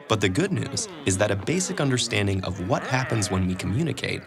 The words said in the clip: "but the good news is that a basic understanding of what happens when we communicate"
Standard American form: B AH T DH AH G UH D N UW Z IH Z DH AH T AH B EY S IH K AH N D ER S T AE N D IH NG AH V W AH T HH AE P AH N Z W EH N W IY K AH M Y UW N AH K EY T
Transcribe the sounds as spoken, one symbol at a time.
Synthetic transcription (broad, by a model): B AH T DH AH G UH D N UW Z IH Z DH AH T AH B EY S IH K AH N D ER S T AE N D IH NG AH V W AH T HH AE P AH N Z W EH N W IY K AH M Y UW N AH K EY T